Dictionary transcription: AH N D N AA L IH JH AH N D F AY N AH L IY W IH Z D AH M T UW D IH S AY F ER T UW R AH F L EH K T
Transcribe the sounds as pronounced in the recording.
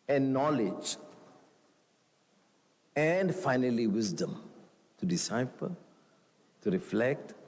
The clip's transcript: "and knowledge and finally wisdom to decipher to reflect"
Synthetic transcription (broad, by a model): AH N N AA L IH JH AH N D F AY N AH L IY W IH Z D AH M T UW D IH S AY P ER T UW R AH F L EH K T